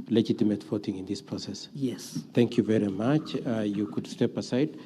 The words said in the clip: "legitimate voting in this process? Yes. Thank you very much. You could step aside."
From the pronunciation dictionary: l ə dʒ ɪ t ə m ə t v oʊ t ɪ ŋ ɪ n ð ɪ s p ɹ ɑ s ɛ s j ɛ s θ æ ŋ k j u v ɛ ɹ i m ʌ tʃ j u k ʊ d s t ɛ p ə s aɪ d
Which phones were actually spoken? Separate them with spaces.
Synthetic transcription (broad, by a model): l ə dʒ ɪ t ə m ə t f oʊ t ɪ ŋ ɪ n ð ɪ s p ɹ ɑ s ɛ s j ɛ s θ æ ŋ k j u v ɛ ɹ i m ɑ tʃ j u k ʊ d s t ɛ p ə s aɪ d